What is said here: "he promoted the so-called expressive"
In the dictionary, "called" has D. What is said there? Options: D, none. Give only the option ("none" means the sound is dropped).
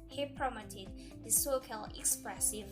none